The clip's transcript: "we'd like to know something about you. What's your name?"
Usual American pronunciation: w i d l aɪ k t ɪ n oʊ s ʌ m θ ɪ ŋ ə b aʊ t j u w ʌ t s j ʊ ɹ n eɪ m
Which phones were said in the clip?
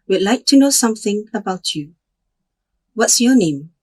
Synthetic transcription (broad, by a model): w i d l aɪ k t ɪ n oʊ s ʌ m θ ɪ ŋ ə b aʊ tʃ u w ʌ t s j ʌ ɹ n eɪ m